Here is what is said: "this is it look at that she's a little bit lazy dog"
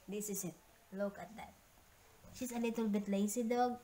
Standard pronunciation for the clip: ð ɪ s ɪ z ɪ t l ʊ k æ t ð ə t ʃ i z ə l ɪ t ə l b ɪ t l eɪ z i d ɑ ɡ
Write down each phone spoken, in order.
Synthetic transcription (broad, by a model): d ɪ s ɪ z ɪ t l ʊ k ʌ t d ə t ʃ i s ə l ɪ t ə l b ɪ t l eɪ s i d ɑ ɡ